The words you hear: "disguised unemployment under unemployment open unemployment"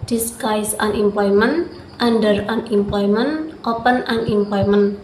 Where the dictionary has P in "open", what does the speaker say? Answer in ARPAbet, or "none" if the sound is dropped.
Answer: P